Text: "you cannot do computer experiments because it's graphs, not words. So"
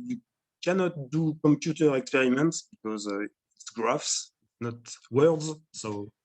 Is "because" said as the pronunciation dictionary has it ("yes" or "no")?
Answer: yes